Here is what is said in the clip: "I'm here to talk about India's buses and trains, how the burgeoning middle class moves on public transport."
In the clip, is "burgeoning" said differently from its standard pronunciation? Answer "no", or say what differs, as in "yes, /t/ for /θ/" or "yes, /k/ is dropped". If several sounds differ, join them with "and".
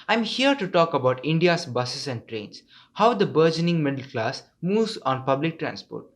no